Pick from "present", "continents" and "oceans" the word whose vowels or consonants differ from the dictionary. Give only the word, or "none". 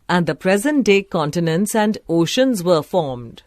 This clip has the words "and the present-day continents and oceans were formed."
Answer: none